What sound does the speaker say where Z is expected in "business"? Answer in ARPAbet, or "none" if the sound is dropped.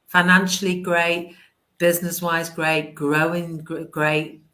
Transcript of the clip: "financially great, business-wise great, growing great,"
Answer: Z